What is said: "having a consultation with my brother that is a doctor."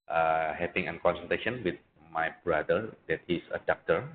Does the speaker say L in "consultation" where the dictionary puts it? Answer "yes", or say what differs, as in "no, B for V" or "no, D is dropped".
no, N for L